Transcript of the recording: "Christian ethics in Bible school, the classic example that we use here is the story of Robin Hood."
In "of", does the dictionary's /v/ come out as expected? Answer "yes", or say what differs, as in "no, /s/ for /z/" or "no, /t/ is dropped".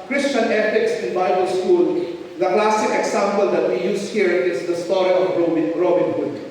no, /b/ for /v/